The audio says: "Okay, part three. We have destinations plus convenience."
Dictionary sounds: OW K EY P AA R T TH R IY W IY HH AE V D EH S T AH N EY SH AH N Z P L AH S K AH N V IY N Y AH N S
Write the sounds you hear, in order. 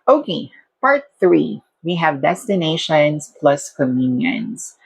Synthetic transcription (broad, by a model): OW K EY P AA R T TH R IY W IY HH AE V D EH S T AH N EY SH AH N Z P L AH S K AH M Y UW N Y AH N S